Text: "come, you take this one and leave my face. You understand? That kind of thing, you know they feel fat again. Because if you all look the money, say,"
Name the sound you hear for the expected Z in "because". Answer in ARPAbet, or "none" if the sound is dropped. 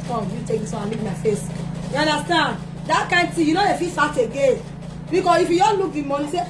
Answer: S